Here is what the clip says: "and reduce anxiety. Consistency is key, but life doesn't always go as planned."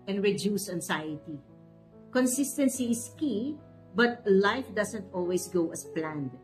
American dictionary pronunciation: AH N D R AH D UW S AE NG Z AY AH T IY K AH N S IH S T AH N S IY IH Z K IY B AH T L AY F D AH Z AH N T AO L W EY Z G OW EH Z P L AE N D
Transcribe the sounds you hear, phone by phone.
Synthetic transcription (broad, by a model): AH N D R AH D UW S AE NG S AY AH T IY K AH N S IH S T AH N S IY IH S K IY B AH T L AY F D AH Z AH N T AO L W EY S G OW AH S P L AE N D